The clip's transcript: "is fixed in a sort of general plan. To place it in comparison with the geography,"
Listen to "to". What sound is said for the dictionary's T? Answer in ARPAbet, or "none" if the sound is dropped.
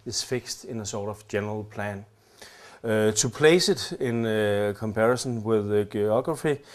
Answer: S